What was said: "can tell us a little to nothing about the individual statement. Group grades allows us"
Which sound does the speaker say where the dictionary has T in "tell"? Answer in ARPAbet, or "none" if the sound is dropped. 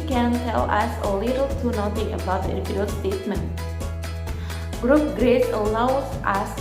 T